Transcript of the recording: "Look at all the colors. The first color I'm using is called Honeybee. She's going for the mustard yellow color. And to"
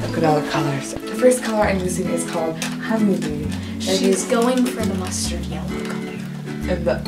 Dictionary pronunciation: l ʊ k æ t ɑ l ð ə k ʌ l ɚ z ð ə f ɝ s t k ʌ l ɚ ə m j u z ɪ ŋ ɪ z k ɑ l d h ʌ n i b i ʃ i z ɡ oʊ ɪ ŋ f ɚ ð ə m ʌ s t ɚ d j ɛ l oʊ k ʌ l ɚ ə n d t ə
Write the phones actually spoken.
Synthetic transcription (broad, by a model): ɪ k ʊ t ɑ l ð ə k ʌ l ɚ z ð ə f ɝ s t k ʌ l ɚ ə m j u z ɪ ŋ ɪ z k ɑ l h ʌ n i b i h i z ɡ oʊ ɪ ŋ f ɚ ð ə m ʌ s t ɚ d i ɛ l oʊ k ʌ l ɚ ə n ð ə